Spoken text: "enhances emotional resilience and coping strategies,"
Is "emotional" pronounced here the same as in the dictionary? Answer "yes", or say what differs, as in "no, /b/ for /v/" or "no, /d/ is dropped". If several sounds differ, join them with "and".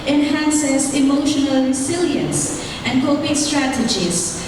yes